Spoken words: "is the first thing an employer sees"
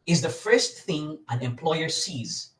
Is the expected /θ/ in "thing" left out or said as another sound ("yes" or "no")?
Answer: no